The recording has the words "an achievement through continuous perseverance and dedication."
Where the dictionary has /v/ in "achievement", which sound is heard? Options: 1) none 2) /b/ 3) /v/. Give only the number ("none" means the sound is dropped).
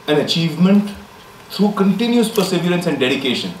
3